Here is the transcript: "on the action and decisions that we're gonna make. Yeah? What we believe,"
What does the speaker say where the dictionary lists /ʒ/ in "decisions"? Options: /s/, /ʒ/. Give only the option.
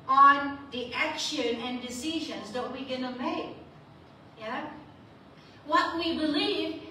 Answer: /ʒ/